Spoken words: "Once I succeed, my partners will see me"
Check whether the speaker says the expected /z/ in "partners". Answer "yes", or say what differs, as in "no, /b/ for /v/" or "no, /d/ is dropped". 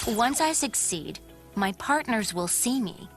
yes